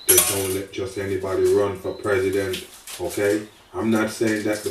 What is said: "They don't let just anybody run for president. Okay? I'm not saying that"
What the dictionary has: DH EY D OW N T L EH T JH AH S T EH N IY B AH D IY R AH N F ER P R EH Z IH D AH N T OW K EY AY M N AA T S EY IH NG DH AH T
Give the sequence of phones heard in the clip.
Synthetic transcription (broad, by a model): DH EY D OW N T L EH T JH AH S T EH N IY B AH D IY R AH N F ER P R EH Z IH D AH N T OW K EY AY M N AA T S EY IH NG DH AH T